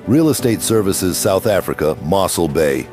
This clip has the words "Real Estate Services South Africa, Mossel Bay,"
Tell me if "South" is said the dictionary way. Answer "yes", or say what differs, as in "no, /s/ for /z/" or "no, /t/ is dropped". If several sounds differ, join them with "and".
yes